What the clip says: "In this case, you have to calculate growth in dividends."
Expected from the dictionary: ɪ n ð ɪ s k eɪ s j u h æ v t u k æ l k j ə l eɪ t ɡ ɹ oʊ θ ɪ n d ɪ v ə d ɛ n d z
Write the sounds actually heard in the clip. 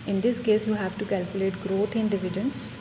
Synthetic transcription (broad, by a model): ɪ n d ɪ s k eɪ s j u h æ v t u k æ l k j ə l eɪ t ɡ ɹ oʊ t ɪ n d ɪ v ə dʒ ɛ n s